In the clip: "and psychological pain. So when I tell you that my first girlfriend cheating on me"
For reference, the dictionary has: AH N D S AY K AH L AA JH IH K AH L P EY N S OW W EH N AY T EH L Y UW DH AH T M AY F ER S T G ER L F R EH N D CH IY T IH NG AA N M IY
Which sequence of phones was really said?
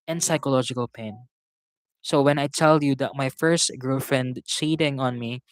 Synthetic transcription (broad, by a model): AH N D S AY K AH L AA JH IH K AH L P EY N S OW W EH N AY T EH L Y UW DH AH T M AY F ER S T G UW F R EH N D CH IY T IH NG AA N M IY